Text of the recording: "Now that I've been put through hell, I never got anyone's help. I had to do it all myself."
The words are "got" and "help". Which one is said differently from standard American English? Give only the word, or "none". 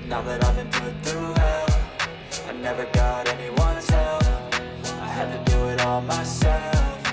help